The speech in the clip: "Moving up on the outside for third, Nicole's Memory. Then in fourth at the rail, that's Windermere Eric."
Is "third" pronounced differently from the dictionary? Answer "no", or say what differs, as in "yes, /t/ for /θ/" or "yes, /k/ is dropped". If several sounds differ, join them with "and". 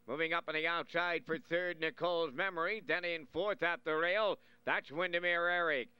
no